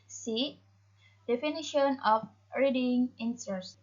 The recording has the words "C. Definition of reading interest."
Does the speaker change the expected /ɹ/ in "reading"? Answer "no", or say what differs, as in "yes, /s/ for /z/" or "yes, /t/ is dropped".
no